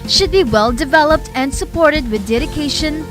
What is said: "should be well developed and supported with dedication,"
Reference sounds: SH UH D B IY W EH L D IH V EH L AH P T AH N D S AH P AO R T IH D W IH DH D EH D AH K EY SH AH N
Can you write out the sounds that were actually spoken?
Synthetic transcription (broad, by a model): SH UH D B IY W EH L D IH V EH L AH P T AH N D S AH P AO R T IH D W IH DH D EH D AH K EY SH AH N